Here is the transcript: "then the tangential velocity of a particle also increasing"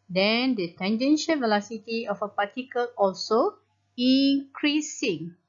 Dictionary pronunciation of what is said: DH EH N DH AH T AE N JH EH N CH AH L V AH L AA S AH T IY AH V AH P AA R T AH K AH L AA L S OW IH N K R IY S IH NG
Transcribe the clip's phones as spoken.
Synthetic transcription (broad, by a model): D EH N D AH T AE N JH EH N SH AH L V AH L AA S AH T IY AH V AH P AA T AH K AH L AA L S OW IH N K R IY S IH NG